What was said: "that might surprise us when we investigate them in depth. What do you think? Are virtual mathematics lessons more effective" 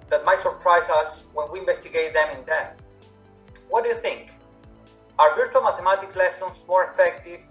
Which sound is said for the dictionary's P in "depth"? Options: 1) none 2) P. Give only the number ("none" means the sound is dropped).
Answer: 1